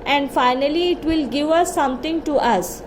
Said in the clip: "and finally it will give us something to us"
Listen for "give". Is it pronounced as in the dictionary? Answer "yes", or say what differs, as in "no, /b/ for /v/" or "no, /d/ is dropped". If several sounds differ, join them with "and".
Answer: yes